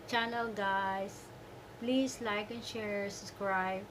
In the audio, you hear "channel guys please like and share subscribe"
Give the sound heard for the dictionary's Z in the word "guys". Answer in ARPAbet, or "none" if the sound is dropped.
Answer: S